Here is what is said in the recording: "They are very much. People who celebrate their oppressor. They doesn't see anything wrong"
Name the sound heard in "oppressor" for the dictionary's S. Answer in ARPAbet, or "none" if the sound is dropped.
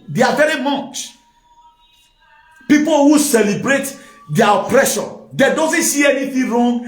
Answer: SH